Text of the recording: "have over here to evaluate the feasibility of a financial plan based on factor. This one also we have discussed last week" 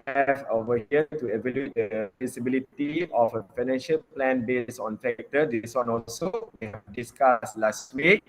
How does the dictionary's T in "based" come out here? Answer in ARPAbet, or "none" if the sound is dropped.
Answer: none